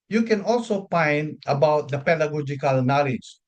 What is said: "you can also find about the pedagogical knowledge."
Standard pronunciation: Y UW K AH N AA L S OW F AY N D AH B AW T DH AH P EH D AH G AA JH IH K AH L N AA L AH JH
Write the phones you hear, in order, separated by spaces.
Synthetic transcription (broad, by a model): Y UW K AH N AA L S OW P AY N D AH B AW T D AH P EH D AH G AA JH IH K AH L N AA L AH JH